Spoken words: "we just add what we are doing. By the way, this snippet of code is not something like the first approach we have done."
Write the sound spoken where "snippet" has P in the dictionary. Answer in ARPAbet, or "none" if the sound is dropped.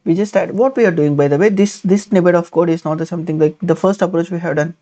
B